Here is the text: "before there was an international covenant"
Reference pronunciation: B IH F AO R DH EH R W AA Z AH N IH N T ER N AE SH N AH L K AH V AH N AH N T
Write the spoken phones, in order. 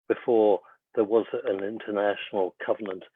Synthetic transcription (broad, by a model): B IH F AO R DH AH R W AA Z AH N IH N T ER N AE SH N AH L K AH V AH N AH N T